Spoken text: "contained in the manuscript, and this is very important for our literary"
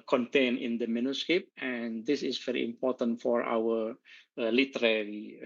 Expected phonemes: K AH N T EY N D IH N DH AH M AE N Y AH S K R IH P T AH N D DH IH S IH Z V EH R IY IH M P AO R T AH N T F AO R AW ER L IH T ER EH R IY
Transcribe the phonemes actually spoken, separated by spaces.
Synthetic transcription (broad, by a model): K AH N T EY N IH N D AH M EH N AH S K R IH P AH N D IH S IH S V EH R IY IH M P AO T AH N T F AO R AW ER L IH T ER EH R IY